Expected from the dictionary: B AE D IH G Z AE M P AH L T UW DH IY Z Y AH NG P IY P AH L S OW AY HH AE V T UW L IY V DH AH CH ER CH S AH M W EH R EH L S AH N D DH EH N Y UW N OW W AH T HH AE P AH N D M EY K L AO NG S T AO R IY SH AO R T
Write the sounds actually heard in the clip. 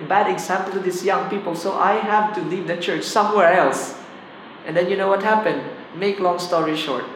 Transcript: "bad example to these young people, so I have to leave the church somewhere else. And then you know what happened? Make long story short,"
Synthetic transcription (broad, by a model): B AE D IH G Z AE M P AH L T UW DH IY S Y AH NG P IY P AH L S OW AY HH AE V T UW L IY V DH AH CH ER CH S AH M W EH R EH L S AH N D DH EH N Y UW N OW W AH T HH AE P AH N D M EY K L AO NG S T AO R IY SH AO R T